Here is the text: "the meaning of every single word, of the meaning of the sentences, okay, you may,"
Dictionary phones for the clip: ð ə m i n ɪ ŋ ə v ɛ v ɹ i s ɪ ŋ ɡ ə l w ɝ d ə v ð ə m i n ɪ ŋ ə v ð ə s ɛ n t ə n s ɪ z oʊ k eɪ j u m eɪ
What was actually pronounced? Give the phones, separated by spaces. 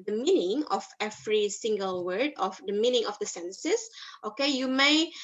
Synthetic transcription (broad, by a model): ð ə m i n ɪ ŋ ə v ɛ v ɹ i s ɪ ŋ ɡ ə l w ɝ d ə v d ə m i n ɪ ŋ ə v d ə s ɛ n s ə s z oʊ k eɪ j u m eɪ